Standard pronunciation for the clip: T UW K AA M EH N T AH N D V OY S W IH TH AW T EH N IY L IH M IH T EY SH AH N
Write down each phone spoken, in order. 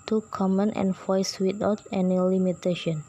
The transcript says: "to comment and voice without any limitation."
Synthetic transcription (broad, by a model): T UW K AA M EH N T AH N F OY S W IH T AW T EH N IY L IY M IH T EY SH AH N